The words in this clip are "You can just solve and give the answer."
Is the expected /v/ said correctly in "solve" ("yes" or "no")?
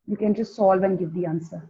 yes